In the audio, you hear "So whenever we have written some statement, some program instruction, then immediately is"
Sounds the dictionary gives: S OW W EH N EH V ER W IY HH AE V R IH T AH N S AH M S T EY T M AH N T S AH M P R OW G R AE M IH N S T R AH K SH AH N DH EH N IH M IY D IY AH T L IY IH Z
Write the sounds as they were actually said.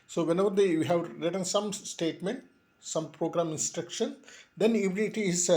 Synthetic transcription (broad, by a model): S OW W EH N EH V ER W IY HH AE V R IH T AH N S AH M S T EY T M AH N T S AH M P R OW G R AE M IH N S T R AH K SH AH N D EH N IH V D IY T IY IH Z